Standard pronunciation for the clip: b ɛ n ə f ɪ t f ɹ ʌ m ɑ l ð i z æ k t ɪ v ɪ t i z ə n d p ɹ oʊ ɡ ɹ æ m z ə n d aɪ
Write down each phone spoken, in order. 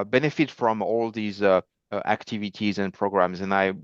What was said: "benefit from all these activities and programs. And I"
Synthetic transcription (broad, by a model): b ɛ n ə f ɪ t f ɹ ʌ m ɑ l ð i z æ k t ɪ v ɪ t i z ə n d p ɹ oʊ ɡ ɹ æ m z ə n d aɪ